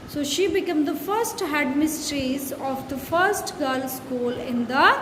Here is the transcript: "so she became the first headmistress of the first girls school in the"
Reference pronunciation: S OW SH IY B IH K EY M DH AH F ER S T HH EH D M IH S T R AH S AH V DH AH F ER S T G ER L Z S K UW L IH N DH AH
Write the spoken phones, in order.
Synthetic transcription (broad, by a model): S OW SH IY B IH K EY M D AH F ER S T HH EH D M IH S T R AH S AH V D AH F ER S T G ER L S K UW L IH N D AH